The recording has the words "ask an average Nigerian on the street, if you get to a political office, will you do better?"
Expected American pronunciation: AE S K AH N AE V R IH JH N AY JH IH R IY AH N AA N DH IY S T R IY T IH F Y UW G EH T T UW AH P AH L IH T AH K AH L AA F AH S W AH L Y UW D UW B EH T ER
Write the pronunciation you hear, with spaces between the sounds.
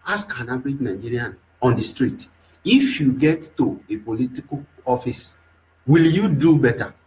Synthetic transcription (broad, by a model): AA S K AH N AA B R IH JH N AY JH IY R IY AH N AA N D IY S T R IY T IH F Y UW G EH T T UW AH P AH L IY T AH K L AA F AH S W AH L Y UW D UW B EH T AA